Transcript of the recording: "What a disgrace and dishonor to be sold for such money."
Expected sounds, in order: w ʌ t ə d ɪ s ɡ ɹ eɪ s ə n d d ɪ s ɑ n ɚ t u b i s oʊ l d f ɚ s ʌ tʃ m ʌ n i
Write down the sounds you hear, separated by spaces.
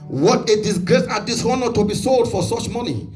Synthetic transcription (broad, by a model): w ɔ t ə d ɪ s ɡ ɹ eɪ s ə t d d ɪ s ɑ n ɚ t u b i s oʊ l d f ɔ s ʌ tʃ m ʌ n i